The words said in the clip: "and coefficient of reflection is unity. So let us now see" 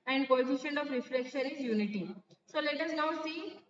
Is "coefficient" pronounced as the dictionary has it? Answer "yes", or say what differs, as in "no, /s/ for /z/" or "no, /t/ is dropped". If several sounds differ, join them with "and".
no, /t/ is dropped